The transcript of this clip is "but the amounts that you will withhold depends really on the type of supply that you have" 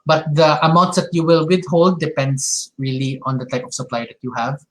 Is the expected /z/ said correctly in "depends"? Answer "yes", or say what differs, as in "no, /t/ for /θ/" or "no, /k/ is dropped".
no, /s/ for /z/